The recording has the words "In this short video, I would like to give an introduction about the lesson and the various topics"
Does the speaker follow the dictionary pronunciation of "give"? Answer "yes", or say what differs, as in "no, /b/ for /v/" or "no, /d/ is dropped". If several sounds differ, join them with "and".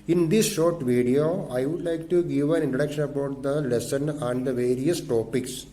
yes